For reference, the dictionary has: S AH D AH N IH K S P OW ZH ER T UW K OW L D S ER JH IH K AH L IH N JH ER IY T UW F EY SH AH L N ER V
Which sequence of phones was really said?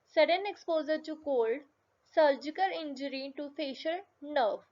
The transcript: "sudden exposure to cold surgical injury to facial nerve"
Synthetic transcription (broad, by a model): S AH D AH N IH K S P OW Z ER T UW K OW L D S ER JH IH K AH L IH N JH ER IY T UW F EY SH AH L N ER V